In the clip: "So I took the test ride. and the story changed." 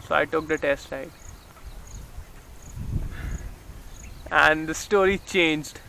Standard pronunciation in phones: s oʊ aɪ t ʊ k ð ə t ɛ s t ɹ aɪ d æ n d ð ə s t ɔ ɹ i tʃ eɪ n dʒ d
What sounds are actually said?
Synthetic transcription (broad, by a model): s oʊ aɪ t ʊ k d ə t ɛ s t l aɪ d æ n d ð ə s t ɔ ɹ i tʃ eɪ n dʒ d